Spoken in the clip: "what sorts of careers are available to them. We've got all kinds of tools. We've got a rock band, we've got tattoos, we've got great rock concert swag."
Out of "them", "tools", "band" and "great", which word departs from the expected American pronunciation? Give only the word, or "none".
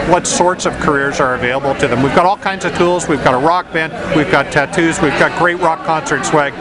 none